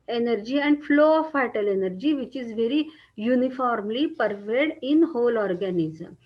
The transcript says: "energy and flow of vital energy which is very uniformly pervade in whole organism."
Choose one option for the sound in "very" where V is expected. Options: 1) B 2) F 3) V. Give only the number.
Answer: 3